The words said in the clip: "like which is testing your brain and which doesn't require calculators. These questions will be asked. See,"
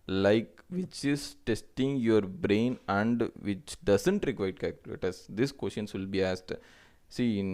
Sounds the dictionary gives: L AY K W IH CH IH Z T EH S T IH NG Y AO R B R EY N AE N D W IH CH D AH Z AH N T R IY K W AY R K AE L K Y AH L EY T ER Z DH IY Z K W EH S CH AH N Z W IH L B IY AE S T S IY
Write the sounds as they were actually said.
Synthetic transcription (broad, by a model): L AY K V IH CH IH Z T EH S T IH NG Y AO R B R EY N AE N D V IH CH D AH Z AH N T R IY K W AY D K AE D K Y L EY T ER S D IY S K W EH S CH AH N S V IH L B IY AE S T S IY